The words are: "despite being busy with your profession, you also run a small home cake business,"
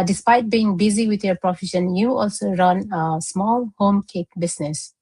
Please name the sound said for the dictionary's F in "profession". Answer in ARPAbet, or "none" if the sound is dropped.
F